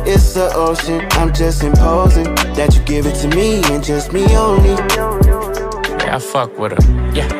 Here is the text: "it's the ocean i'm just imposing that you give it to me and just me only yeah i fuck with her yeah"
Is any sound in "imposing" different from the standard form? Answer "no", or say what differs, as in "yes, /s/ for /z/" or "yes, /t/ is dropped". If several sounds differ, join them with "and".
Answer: no